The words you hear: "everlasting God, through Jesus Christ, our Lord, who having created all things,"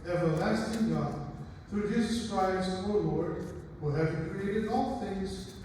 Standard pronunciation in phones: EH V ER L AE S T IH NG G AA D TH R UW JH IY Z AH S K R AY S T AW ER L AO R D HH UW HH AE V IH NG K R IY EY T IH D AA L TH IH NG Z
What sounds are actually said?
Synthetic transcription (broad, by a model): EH V ER L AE S T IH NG G AA D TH R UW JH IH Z S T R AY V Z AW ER L AO R D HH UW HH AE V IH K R IY EY T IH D AA L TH IH NG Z